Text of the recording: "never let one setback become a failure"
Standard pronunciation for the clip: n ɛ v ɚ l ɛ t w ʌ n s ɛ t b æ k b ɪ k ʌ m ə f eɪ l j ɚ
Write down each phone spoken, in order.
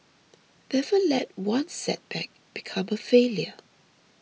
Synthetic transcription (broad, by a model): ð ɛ f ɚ l ɛ t w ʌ n s ɛ t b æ k b ɪ k ʌ m ə f eɪ l j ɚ